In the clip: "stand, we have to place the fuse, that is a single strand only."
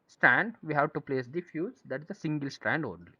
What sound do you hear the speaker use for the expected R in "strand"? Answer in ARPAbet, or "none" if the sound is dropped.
R